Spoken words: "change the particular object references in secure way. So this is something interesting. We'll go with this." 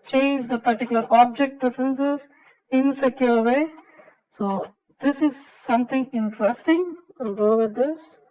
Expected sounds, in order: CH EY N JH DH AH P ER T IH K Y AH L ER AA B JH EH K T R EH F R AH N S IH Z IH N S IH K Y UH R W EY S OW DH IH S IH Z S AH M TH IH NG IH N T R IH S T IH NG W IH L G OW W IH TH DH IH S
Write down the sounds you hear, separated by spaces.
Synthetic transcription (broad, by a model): CH EY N JH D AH P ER T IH K Y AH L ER AA B JH EH K T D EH F R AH N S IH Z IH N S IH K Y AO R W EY S OW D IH S IH Z S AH M T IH NG IH N T R IH S T IH NG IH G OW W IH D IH S